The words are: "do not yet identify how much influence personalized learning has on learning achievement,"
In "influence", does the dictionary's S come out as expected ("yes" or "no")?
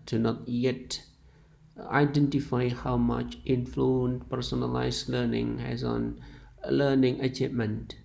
no